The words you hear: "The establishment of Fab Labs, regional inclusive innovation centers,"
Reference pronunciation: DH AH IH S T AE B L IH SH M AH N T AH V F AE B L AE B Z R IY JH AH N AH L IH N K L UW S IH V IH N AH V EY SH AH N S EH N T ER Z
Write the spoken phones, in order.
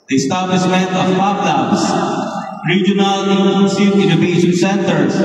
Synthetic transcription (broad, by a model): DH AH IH S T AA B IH S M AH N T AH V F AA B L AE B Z R IY JH AH N AH L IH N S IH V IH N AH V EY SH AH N S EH N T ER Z